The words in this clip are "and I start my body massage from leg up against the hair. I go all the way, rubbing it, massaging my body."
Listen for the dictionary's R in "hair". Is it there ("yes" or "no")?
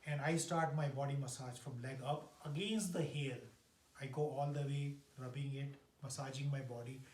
no